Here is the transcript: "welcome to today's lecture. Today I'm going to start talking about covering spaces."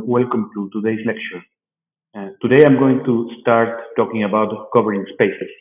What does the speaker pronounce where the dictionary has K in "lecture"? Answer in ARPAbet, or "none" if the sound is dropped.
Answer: K